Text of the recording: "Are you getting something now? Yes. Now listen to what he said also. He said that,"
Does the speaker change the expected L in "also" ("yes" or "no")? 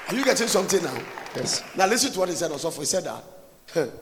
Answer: yes